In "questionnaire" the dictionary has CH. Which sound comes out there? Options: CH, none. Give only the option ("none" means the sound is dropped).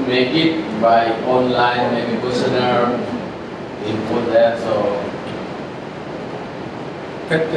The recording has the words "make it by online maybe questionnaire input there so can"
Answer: none